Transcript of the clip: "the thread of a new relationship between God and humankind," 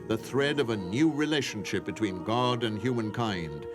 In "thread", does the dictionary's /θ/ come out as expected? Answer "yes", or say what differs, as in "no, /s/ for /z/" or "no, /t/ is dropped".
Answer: yes